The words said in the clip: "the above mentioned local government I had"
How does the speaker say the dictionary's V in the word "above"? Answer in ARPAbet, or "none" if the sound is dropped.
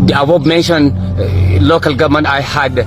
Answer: B